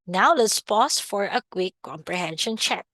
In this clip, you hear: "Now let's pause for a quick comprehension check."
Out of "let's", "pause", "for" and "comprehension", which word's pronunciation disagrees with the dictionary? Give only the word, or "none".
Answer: pause